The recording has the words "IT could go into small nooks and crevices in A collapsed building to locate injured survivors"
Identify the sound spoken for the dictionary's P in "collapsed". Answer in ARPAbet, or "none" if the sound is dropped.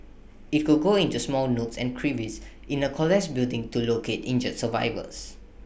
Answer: none